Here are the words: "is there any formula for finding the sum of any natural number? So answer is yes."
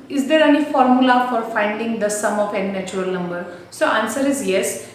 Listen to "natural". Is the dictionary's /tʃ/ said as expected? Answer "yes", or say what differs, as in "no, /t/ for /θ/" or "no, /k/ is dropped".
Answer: no, /tʃ/ is dropped